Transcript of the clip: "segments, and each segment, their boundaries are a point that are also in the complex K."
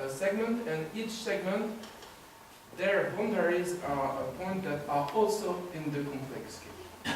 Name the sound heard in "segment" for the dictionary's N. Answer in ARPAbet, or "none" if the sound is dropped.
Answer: N